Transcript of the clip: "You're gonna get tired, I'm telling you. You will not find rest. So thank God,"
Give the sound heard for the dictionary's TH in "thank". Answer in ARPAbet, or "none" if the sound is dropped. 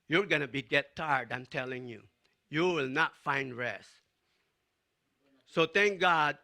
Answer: T